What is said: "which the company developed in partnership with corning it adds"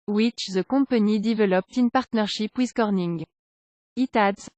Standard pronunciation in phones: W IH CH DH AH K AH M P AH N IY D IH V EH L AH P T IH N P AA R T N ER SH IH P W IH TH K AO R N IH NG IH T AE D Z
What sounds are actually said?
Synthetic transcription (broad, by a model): W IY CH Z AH K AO P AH N IY D IH V EH L AH P T IH N P AA R T N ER SH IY P W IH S K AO R N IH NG IH T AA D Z